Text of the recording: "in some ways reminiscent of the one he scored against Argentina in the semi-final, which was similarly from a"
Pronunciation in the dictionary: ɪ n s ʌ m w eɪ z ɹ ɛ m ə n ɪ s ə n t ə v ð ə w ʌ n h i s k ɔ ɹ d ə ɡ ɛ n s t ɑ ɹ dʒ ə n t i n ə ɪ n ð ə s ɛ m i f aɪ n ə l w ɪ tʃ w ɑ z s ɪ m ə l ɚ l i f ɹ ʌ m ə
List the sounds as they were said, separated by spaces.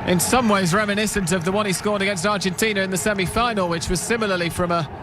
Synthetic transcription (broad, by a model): ɪ n s ʌ m w eɪ z ɹ ɛ m ə n ɪ s ə n t ə v ð ə w ʌ n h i s k ɔ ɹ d ə ɡ ɛ n s t ɑ ɹ dʒ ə n t i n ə ɪ n ð ə s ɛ m i f aɪ n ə l w ɪ tʃ w ɑ z s ɪ m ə l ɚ l i f ɹ ʌ m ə